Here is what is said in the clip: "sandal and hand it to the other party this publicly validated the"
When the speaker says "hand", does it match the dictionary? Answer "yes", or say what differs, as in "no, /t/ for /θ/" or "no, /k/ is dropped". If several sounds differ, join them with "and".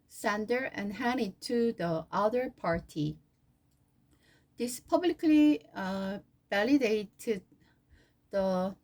no, /d/ is dropped